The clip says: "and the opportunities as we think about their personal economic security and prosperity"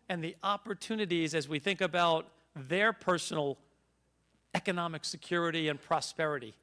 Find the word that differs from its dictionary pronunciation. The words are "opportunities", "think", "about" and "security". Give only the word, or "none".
none